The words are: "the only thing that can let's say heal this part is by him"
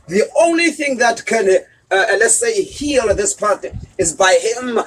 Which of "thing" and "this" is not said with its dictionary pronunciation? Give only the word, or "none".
none